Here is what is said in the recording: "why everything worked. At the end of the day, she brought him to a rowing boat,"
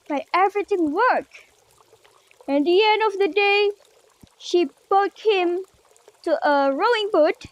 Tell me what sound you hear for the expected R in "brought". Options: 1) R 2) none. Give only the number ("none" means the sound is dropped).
2